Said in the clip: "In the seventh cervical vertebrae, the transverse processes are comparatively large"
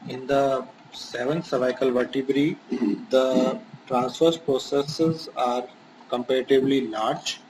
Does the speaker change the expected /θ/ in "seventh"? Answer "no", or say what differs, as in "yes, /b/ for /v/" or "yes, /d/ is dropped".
yes, /t/ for /θ/